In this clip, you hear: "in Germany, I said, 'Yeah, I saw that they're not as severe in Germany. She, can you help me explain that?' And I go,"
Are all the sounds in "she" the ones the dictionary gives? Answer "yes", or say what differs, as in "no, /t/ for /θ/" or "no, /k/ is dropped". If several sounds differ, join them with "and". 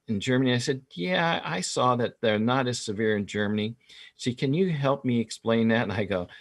no, /s/ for /ʃ/